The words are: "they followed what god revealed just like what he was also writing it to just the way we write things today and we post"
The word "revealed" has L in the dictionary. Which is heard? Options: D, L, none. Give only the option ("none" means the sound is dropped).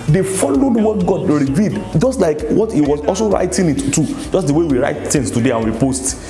none